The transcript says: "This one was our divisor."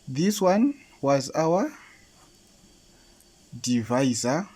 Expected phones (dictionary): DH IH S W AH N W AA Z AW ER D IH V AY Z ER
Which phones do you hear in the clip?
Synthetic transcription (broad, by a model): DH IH S W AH N W AA Z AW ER D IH V AY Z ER